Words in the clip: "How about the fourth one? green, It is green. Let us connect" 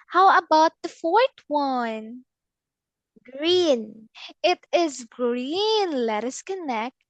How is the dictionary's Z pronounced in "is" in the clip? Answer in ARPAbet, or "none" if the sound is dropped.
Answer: Z